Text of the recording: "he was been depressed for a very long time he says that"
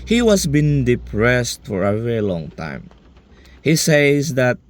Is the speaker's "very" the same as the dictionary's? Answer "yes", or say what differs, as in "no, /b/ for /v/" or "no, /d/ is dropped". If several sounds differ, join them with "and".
yes